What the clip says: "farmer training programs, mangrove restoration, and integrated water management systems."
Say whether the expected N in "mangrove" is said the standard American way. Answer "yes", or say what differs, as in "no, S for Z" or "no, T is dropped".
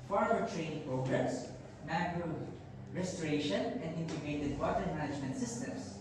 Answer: no, N is dropped